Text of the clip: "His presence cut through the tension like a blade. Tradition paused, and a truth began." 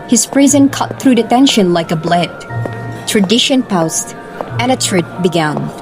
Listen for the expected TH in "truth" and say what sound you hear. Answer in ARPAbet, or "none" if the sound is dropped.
T